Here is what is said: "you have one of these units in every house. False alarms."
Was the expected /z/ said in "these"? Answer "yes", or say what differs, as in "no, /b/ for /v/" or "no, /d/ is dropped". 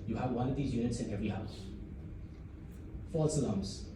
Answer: yes